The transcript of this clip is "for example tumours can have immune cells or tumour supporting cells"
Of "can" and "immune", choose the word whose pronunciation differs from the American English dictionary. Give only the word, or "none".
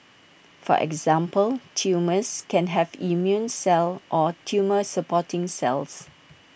none